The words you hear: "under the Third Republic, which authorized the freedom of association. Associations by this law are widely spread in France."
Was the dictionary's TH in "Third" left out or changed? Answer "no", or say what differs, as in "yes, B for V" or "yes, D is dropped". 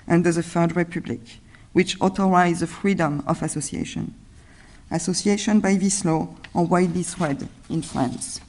yes, F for TH